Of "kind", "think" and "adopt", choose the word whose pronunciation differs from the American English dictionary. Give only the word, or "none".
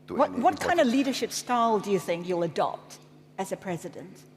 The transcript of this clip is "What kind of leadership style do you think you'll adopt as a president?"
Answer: none